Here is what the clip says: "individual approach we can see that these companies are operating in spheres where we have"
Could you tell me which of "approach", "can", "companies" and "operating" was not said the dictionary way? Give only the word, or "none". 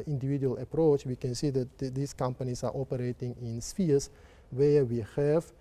companies